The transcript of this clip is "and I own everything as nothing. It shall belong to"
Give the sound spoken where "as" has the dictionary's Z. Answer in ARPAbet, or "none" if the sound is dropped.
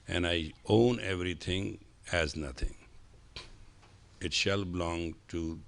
Z